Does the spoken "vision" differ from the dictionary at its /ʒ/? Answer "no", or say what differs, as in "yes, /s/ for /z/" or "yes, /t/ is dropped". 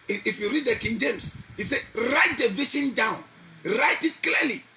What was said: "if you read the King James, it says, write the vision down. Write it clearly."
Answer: yes, /ʃ/ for /ʒ/